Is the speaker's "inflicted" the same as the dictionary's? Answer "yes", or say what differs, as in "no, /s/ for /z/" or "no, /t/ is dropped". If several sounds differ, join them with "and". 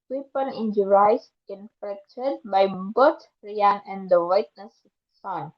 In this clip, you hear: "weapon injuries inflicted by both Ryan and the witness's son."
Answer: no, /l/ is dropped